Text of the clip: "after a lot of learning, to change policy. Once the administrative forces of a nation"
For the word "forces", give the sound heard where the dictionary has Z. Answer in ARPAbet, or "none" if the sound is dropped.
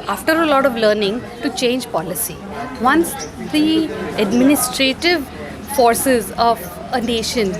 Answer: Z